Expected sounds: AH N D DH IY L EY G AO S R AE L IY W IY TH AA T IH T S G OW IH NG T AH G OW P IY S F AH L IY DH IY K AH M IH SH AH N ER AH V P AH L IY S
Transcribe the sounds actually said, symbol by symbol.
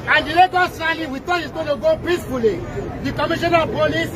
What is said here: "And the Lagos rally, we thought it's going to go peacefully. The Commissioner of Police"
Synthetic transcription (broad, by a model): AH N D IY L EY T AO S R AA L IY W IY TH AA IH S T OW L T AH G OW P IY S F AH L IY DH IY K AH M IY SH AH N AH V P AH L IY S